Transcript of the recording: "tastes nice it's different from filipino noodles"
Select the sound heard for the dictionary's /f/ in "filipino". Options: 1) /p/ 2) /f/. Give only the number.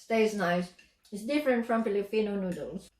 1